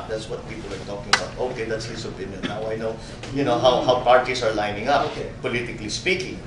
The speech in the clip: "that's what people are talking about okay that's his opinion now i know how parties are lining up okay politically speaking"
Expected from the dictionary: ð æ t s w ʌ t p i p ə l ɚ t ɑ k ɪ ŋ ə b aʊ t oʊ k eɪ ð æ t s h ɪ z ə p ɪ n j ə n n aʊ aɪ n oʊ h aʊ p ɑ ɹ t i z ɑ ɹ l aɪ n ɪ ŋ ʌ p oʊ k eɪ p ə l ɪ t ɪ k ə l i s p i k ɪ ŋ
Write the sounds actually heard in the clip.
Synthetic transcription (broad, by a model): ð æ t s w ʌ t p i p ə l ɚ t ɑ k ɪ ŋ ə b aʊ t oʊ k eɪ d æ t s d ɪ s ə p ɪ n j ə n n aʊ aɪ n oʊ h aʊ p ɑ ɹ t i s ɑ ɹ l aɪ n ɪ ŋ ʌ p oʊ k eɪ p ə l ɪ t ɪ k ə l i s p i k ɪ ŋ